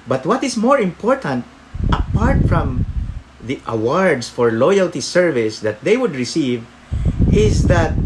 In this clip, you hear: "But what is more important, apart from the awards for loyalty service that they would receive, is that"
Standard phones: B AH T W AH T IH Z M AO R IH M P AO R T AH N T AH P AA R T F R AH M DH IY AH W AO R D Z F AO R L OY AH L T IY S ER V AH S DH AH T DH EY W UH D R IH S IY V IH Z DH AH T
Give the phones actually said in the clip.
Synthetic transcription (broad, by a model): B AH T W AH T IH S M AO R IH M P AO R T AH N T AH P AA R T F R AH M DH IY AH W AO R D S F AO R L OY AH L T IY S ER V AH S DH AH T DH EY W UH D R IH S IY V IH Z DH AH T